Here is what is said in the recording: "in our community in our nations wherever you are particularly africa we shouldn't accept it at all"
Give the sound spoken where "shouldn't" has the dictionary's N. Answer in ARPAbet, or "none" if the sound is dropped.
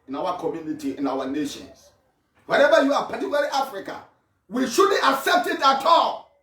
none